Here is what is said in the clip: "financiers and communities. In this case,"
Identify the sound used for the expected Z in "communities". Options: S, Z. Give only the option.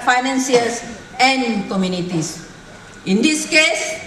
S